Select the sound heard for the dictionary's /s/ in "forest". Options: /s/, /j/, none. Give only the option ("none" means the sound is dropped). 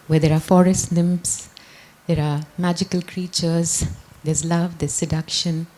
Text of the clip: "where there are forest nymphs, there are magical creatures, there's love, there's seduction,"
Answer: /s/